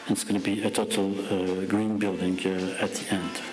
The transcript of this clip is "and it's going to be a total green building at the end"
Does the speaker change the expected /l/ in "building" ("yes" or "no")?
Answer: no